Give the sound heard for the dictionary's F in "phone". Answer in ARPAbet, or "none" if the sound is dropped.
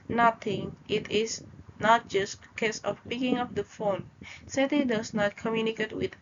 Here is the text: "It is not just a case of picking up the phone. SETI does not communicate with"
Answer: F